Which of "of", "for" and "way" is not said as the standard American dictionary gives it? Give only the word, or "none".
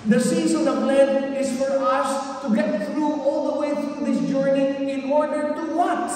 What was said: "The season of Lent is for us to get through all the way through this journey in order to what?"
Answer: of